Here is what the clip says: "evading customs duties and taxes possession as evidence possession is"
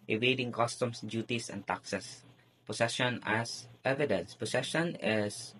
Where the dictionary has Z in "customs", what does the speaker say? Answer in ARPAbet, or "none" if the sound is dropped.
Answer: S